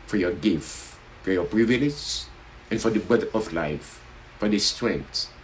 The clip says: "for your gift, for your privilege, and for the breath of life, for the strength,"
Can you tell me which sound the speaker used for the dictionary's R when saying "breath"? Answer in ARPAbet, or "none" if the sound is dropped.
none